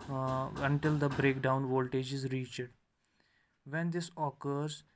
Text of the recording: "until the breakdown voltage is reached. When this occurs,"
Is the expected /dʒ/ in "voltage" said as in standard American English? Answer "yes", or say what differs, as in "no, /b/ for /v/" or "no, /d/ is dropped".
yes